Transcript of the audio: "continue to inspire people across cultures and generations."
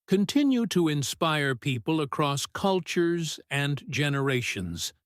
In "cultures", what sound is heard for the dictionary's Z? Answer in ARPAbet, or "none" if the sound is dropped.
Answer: Z